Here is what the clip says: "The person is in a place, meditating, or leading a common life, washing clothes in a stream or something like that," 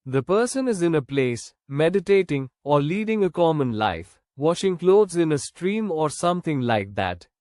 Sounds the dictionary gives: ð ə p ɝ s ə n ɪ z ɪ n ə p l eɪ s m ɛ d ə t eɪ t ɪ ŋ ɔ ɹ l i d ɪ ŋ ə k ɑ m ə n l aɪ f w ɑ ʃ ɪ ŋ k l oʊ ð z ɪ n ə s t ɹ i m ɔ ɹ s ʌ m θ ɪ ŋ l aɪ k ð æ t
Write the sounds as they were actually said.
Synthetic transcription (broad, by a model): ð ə p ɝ s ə n ɪ z ɪ n ə p l eɪ s m ɛ d ə t eɪ t ɪ ŋ ɔ ɹ l i d ɪ ŋ ə k ɑ m ə n l aɪ f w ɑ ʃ ɪ ŋ k l oʊ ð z ɪ n ə s t ɹ i m ɔ ɹ s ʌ m t ɪ ŋ l aɪ k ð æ t